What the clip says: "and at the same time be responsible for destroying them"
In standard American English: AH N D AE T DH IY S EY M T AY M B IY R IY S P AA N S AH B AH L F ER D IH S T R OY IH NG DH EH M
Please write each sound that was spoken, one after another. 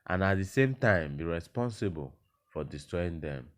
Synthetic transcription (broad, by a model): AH N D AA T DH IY S EY M T AY M B IY R IY S P AA N S AH B AH L F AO D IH S T R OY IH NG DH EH M